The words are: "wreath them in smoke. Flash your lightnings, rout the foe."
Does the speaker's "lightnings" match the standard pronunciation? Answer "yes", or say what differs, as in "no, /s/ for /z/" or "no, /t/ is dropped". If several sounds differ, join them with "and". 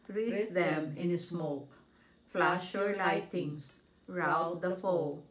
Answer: no, /n/ is dropped